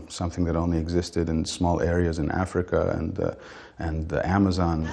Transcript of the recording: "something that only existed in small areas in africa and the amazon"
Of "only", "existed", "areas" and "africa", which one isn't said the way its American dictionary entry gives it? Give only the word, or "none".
none